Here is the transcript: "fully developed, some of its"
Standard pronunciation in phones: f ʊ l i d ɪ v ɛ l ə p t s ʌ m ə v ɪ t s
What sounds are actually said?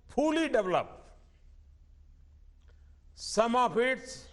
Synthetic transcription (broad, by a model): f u l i d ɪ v l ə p s ʌ m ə p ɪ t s